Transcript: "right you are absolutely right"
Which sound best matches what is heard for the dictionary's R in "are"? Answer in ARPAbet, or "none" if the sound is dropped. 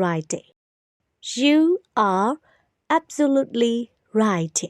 R